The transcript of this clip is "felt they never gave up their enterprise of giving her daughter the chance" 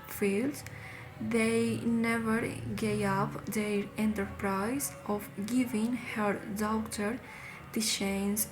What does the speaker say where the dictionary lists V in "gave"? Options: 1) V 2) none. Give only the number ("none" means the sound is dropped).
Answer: 2